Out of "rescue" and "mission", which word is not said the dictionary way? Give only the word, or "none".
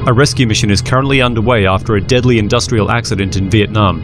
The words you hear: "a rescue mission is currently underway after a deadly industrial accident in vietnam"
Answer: none